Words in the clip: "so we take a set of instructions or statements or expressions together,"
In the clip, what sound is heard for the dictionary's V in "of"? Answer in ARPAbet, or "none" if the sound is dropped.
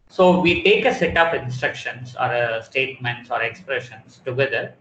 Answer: P